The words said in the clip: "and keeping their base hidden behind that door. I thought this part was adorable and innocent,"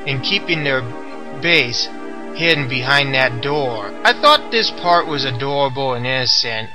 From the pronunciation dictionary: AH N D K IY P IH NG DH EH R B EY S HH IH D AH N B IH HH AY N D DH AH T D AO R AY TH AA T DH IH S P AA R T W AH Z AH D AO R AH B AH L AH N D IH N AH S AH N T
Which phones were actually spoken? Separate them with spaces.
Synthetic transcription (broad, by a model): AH N K IY P IH NG DH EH R B EY S HH IH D N B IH HH AY N DH AH T D AO R AY TH AA T DH IH S P AA R T W AH Z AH D AO R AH B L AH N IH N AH S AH N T